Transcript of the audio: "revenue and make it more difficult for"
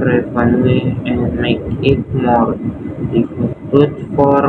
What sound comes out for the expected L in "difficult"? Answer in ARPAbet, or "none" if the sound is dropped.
none